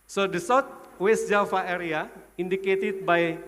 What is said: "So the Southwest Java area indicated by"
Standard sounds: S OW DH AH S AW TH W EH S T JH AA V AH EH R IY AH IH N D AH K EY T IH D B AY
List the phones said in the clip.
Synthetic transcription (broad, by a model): S OW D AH S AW T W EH S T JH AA F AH EH R IY AH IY N D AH K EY T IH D B AY